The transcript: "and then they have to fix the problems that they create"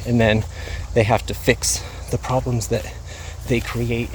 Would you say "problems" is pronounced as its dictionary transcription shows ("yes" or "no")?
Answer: yes